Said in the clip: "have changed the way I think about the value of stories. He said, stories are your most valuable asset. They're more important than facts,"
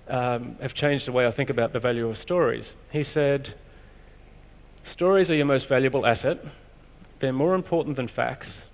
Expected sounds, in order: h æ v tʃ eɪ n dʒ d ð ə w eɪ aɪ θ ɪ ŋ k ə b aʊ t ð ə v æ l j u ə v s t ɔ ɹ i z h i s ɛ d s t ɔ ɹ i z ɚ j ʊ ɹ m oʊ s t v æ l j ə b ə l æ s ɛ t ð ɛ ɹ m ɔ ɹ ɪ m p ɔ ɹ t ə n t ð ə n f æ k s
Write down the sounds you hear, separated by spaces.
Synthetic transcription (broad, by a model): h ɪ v tʃ eɪ n dʒ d ð ə w eɪ aɪ θ ɪ ŋ k ə b aʊ t ð ə v æ l j u ə v s t ɔ ɹ i z h i s ɛ d s t ɔ ɹ i z ɚ j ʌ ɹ m oʊ s t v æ l j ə b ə l æ s ɛ t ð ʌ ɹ m ɔ ɹ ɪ m p ɔ ɹ t n ð ə n f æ k s